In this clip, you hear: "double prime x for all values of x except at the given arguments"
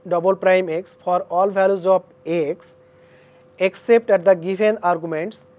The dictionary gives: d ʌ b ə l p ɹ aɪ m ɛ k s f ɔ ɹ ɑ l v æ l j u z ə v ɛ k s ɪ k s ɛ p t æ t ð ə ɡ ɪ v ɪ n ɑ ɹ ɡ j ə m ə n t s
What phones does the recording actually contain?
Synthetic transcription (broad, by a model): d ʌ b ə l p ɹ aɪ m ɛ k s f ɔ ɹ ɑ l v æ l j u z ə b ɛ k s ɪ k s ɛ p t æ t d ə ɡ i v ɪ n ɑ ɹ ɡ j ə m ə n t s